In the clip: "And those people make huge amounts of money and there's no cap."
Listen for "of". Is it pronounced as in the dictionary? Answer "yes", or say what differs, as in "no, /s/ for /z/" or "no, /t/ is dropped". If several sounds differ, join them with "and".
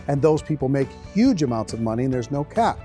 yes